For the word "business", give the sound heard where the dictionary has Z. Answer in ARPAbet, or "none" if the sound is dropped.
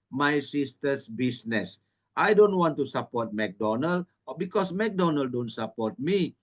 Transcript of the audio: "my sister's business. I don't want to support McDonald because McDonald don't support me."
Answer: S